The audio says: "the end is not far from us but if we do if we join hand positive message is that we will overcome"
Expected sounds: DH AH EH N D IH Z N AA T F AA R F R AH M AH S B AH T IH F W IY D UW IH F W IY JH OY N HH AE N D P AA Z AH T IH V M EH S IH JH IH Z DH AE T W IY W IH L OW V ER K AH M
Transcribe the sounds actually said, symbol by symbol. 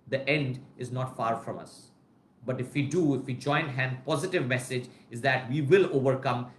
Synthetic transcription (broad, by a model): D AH EH N D IH Z N AA T F AA R F R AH M AH S B AH T IH F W IY D UW IH F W IY JH OY N HH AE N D P AA Z AH T IH V M EH S IH JH IH Z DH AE T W IY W IH L OW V ER K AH M